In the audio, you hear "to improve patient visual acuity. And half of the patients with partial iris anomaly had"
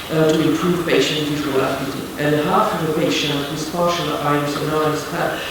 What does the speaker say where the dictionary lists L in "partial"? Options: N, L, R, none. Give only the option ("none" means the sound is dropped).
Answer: N